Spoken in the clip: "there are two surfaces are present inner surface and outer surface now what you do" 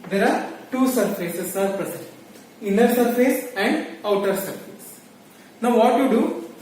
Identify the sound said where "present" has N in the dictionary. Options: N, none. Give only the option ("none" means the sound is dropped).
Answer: none